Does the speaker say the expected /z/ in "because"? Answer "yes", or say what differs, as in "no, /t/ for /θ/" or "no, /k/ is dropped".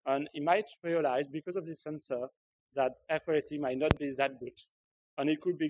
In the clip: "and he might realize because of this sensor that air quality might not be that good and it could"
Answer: yes